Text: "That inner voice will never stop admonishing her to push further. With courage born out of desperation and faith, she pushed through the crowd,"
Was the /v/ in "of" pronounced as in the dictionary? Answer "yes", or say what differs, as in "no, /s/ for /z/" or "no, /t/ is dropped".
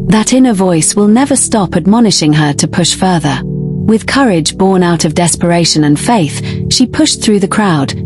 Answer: yes